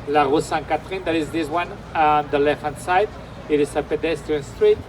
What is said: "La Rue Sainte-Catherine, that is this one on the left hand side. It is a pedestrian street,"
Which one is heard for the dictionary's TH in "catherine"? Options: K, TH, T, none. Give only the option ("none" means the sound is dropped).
T